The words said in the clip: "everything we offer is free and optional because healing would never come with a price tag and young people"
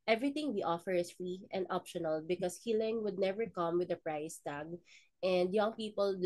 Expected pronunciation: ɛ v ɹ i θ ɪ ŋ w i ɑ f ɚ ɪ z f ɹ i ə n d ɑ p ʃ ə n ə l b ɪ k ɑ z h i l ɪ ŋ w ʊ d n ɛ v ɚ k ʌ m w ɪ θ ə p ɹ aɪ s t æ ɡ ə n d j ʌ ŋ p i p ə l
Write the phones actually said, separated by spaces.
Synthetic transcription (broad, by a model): ɛ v ɹ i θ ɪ ŋ w i ɑ f ɚ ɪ s f ɹ i ə n d ɑ p ʃ ə n ə l b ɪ k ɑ s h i l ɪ ŋ w ʊ d n ɛ v ɚ k ʌ m w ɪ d ə p ɹ aɪ s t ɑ ɡ ə n d j ʌ ŋ p i p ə l